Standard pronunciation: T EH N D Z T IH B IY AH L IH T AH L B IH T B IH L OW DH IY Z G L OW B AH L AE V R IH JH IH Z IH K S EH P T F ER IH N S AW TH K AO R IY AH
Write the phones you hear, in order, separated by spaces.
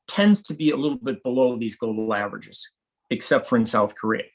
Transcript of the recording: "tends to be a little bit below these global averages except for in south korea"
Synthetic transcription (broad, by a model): T EH N D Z T IH B IY AH L IH T L B IH T B IH L OW DH IY Z G OW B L AE V R IH JH IH Z IH K S EH P T F ER IH N S AW TH K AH R IY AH